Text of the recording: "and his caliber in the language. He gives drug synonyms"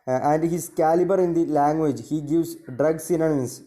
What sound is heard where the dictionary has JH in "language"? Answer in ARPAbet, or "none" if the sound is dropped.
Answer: JH